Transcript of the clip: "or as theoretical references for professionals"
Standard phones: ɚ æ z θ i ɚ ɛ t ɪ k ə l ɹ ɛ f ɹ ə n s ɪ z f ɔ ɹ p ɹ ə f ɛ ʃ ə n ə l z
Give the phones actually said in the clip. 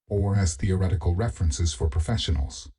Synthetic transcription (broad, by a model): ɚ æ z θ i ɚ ɛ t ɪ k ə l ɹ ɛ f ɹ ə n s ɪ z f ɔ ɹ p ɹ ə f ɛ ʃ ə n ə l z